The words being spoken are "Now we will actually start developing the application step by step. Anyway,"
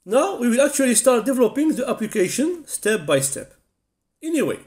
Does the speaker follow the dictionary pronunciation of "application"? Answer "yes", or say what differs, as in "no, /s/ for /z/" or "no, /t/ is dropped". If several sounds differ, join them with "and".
yes